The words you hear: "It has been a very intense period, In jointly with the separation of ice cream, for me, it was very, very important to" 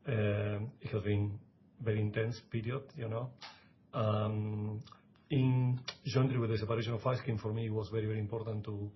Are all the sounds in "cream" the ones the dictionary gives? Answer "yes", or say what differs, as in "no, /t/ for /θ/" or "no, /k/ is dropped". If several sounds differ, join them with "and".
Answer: no, /ɹ/ is dropped